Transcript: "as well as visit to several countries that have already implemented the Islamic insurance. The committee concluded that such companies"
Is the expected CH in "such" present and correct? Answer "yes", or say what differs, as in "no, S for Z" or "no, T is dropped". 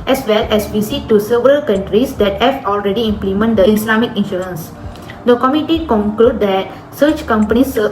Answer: yes